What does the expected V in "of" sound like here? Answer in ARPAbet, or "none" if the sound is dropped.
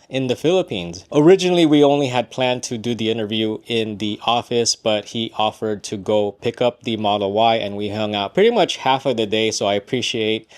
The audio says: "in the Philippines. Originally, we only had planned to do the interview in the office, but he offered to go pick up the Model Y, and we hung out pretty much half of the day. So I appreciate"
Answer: V